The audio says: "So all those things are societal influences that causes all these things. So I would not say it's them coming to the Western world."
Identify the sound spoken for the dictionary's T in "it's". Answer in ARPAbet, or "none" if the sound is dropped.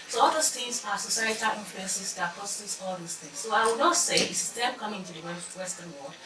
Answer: S